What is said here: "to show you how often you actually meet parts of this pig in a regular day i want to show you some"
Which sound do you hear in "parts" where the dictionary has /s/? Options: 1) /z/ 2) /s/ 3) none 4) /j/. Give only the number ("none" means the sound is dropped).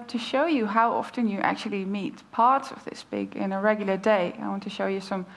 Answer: 2